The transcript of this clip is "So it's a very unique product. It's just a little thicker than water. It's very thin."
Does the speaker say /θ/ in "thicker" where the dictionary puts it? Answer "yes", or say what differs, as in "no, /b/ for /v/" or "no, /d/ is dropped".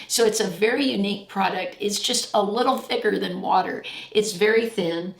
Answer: yes